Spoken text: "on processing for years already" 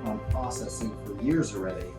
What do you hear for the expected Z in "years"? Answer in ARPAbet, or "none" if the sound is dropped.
Z